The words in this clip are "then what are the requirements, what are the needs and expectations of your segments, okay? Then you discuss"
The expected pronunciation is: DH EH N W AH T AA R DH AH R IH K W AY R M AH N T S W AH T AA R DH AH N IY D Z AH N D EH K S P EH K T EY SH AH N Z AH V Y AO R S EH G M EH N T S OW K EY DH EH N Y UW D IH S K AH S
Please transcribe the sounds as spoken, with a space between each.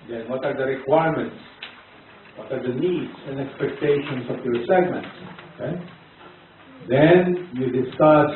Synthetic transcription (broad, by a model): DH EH N W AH T AA R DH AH R IH K W AY R M AH N T S W AH T AA R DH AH N IY D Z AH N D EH K S P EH K T EY SH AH N S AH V Y AO R S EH G M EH N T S OW K EY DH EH N Y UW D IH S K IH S